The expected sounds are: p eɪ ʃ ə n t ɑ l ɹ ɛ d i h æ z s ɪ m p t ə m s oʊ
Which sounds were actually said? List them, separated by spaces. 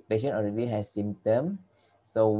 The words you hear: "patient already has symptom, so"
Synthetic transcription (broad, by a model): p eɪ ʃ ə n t ɑ l ɹ ɛ d i h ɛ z s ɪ m t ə m s oʊ